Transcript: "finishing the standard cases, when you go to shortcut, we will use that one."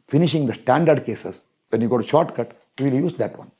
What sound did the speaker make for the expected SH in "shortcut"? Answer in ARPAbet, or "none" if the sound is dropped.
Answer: SH